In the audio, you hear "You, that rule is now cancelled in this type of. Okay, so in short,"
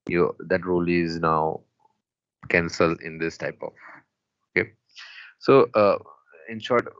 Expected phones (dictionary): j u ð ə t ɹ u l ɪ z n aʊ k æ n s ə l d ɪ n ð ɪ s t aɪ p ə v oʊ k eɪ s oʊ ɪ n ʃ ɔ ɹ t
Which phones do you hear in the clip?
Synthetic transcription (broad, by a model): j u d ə t ɹ u l ɪ z n aʊ k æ n s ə l ɪ n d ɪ s t aɪ p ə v oʊ k eɪ s oʊ ɪ n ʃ ɔ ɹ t